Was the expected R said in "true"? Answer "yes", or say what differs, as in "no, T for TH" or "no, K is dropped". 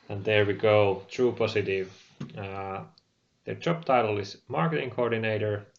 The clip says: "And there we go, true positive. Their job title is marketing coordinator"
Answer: yes